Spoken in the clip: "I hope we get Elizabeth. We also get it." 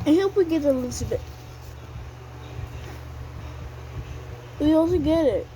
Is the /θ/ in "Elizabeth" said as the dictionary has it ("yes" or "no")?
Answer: no